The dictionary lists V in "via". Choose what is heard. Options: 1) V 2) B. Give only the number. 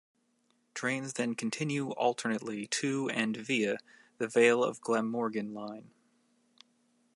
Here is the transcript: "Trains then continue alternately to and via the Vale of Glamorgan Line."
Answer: 1